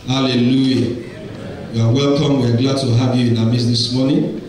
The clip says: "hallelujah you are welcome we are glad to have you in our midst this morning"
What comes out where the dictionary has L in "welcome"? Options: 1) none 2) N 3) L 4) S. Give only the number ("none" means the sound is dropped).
3